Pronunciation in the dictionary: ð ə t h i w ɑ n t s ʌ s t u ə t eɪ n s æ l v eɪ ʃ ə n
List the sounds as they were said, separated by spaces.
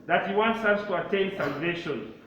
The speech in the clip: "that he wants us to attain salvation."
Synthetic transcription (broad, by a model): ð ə t h i w ɑ n t s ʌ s t u ə t eɪ n s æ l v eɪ ʃ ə n